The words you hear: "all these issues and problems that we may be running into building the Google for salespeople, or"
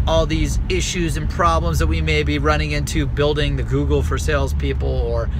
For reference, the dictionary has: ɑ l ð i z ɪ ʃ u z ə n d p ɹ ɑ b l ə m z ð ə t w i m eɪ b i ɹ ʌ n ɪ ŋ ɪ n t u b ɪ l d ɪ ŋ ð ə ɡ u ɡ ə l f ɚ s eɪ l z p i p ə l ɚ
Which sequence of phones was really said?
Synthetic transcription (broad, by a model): ɑ l ð i z ɪ ʃ u z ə n p ɹ ɑ b l ə m z ð ə t w i m eɪ b i ɹ ʌ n ɪ ŋ ɪ n t u b ɪ l d ɪ ŋ ð ə ɡ u ɡ l f ɚ s eɪ l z p i p l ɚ